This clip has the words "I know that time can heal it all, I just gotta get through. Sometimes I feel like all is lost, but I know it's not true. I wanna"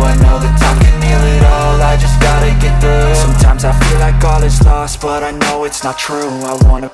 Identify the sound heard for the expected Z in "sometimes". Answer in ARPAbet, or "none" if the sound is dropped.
Z